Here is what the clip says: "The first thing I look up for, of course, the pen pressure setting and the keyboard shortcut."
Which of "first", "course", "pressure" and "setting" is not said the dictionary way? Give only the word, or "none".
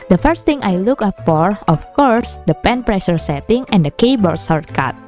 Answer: none